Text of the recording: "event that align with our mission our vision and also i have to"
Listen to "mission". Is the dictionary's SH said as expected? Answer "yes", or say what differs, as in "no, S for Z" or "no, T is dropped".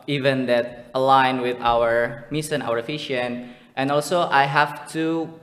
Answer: no, S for SH